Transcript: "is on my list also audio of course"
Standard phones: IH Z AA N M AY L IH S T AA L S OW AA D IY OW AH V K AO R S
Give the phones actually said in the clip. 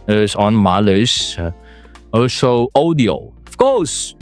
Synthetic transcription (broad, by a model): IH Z AA N M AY L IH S AA L S OW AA D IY OW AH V K AO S